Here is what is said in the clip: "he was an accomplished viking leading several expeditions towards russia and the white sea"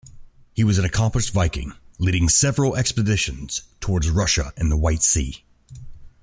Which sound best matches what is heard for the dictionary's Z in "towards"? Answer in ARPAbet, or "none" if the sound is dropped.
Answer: Z